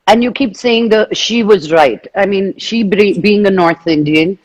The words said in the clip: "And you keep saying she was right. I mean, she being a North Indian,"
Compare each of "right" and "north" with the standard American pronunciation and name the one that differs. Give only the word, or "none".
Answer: none